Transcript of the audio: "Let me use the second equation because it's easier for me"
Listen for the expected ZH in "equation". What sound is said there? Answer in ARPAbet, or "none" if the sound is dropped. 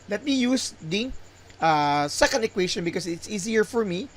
SH